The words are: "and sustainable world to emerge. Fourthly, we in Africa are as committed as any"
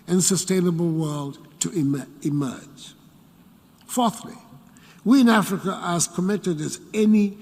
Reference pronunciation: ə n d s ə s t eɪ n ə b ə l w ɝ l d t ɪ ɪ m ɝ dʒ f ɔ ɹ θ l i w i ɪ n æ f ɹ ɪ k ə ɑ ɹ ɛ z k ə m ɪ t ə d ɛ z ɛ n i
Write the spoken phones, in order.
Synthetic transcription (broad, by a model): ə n s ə s t eɪ n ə b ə l w ɝ l d t ɪ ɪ m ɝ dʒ f ɔ ɹ θ l i w i ɪ n æ f ɹ ɪ k ə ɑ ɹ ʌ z k ə m ɪ t ə d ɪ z ɛ n i